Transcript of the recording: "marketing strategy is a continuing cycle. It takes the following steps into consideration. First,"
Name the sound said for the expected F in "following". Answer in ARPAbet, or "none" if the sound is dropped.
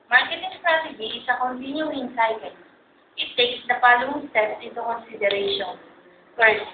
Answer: P